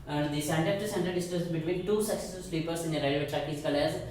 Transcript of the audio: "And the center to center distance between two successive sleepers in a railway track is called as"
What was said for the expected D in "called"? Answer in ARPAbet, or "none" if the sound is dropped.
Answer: none